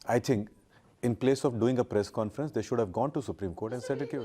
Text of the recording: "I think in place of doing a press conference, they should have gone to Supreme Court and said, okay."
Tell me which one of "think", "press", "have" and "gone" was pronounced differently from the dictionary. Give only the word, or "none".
think